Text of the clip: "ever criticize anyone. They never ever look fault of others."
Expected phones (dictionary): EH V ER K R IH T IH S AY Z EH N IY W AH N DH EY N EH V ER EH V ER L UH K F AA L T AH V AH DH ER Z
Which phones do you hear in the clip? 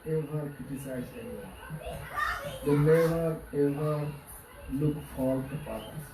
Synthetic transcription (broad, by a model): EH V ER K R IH T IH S AY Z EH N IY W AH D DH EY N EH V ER EH V ER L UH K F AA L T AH P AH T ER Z